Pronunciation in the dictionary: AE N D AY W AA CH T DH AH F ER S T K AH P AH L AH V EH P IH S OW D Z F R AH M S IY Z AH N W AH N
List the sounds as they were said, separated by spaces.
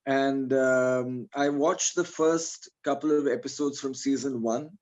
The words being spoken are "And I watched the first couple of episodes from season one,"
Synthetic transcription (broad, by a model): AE N D AY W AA CH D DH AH F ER S T K AH P AH L AH V EH P IH S OW D Z F R AH M S IY Z AH N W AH N